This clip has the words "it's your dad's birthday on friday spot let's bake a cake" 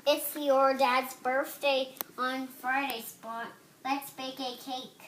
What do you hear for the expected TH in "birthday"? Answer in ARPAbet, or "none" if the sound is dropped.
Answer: TH